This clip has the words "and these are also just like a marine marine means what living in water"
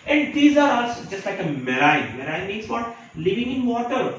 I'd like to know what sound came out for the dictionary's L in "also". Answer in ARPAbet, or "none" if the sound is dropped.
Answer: none